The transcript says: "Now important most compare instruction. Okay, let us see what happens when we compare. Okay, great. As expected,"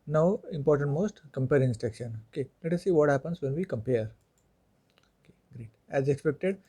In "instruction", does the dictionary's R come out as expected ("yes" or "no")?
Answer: no